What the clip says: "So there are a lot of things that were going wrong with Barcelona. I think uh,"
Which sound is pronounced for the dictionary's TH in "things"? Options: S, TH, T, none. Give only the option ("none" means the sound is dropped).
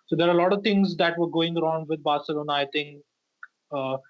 T